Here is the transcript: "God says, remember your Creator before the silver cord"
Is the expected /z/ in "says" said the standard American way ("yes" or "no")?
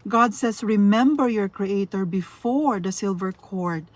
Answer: no